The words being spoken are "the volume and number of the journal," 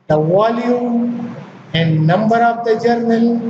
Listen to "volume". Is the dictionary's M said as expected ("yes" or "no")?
no